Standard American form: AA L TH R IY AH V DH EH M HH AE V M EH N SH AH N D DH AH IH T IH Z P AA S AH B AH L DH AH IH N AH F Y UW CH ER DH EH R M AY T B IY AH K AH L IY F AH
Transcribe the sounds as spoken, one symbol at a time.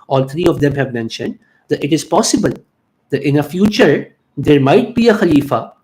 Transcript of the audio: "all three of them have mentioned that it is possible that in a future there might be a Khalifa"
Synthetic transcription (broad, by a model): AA L T R IY AH V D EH M HH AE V M EH N SH AH N D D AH IH T IH Z P AA S AH B AH L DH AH IH N AH F Y UW CH ER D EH R M AY T B IY AH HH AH L IY F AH